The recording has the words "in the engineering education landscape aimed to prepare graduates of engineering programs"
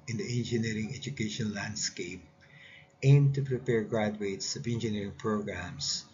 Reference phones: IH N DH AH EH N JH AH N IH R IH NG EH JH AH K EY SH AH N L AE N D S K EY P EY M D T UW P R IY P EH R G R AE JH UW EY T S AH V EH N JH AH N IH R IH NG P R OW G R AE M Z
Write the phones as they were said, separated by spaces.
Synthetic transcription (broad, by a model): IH N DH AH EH N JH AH N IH R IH NG EH JH AH K EY SH AH N L AE N D S K EY P EY M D T UW P R IY P EH R G R AE JH UW EY T S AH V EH N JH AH N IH R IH NG P R OW G R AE M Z